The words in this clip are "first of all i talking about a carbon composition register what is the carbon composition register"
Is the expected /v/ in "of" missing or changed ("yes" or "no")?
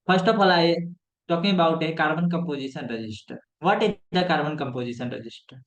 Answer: yes